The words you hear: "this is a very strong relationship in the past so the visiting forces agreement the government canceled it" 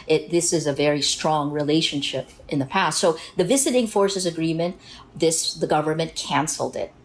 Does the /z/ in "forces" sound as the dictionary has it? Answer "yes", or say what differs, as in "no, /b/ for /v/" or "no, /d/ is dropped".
yes